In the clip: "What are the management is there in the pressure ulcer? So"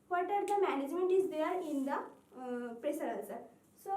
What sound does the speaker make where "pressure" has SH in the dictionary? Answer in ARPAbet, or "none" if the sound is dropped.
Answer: S